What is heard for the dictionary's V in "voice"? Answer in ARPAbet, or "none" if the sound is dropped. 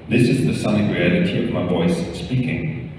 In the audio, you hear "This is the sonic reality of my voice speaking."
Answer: V